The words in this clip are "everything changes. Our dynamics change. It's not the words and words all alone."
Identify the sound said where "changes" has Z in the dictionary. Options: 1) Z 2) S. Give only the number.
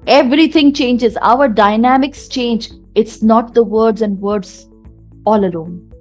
1